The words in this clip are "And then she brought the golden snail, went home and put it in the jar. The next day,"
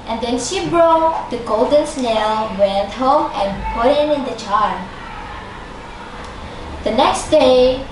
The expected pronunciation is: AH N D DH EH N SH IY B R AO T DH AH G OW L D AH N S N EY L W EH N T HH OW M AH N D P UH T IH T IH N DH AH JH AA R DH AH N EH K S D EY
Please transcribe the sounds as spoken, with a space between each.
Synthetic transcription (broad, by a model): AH N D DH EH N SH IY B R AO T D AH G OW L D AH N S N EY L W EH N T HH OW M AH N P UH T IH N IH N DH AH CH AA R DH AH N EH K S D EY